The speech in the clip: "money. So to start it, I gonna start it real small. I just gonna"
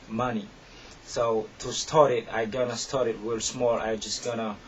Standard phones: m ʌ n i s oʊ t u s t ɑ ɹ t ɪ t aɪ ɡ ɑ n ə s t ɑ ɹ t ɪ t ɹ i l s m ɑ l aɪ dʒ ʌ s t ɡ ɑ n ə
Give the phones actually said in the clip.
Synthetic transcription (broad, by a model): m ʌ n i s oʊ t u s t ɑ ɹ t ɪ t aɪ ɡ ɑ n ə s t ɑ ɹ t ɪ t w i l s m ɑ l aɪ dʒ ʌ s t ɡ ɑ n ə